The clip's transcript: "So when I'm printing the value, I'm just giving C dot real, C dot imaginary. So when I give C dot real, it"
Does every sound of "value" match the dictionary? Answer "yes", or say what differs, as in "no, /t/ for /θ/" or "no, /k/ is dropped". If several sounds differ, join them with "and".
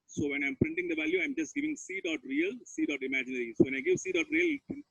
yes